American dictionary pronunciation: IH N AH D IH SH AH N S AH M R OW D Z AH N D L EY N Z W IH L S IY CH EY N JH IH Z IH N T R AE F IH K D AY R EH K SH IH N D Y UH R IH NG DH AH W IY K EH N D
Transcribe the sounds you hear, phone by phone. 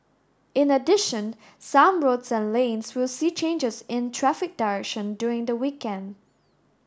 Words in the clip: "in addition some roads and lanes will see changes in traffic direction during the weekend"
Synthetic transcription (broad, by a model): IH N AH D IH SH AH N S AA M R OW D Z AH N L EY N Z W IH L S IY CH EY N JH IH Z IH N T R AE F IH K D AY R EH K SH IH N D Y UH R IH NG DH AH W IY K EH N D